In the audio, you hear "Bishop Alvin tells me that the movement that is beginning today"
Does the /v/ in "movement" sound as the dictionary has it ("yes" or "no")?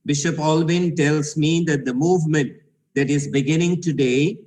yes